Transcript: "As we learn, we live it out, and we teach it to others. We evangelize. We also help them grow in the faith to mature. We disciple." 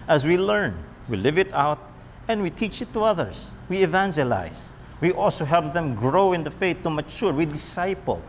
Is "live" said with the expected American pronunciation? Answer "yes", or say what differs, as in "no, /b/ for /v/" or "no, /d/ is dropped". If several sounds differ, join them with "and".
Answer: yes